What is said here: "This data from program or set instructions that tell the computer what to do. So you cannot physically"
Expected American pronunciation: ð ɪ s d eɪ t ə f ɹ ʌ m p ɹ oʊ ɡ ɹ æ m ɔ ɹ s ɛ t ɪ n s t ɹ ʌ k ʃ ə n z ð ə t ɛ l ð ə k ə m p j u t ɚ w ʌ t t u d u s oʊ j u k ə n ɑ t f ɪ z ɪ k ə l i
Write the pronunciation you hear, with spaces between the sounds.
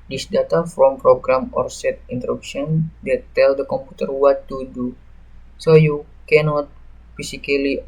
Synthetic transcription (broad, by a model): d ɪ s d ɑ t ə f ɹ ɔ m p ɹ oʊ ɡ ɹ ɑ m ɔ ɹ s ɛ t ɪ n t ɹ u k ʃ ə n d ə t ɛ l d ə k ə m p u t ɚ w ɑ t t u d u s oʊ j u k ə n ɑ t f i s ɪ k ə l i